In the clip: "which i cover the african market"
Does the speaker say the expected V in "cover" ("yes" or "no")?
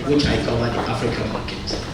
no